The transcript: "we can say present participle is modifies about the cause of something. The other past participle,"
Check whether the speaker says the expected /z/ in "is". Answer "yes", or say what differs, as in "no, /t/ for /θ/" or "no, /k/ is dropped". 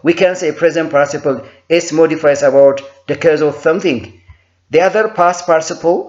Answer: no, /s/ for /z/